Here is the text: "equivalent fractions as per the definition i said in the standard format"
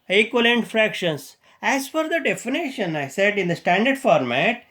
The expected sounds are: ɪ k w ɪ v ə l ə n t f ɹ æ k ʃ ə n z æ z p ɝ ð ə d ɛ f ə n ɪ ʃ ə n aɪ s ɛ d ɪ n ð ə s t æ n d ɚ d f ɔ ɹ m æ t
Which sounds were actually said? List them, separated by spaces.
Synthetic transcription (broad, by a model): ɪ k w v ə l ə n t f ɹ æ k ʃ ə n s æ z f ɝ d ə d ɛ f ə n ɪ ʃ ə n aɪ s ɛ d ɪ n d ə s t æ n d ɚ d f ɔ ɹ m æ t